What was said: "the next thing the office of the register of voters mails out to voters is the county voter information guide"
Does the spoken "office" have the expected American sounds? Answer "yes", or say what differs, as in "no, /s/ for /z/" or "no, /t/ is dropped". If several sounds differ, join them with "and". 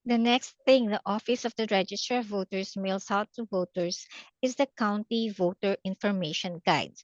yes